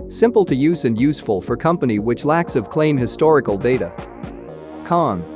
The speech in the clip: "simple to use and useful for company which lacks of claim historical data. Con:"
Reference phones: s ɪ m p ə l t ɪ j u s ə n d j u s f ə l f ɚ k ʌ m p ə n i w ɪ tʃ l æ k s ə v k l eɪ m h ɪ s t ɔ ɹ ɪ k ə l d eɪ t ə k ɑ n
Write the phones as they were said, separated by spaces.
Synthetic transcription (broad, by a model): s ɪ m p l t ɪ j u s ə n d j u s f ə l f ɚ k ʌ m p ə n i w ɪ tʃ l æ k s ə v k l eɪ m h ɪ s t ɔ ɹ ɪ k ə l d eɪ t ə k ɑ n